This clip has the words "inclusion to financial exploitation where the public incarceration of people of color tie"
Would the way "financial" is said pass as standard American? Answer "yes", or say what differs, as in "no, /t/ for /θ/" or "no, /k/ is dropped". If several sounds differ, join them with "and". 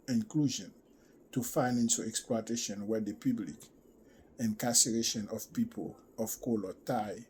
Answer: no, /s/ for /ʃ/